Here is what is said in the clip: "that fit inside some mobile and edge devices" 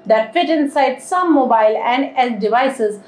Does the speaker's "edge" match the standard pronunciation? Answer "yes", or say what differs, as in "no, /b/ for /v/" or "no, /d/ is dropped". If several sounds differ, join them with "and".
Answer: no, /z/ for /dʒ/